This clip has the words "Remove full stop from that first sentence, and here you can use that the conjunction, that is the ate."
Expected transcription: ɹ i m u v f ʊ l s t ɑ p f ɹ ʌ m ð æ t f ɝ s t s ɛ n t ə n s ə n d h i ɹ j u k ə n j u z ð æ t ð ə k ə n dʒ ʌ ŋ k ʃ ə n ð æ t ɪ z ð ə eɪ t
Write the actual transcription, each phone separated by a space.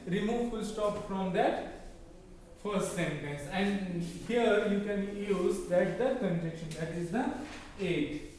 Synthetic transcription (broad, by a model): ɹ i m u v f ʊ l s t ɑ p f ɹ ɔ m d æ t f ɝ s t s ɛ n t ə n s ə n d h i ɹ j u k ə n j u z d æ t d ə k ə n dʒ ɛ k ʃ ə n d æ t ɪ z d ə eɪ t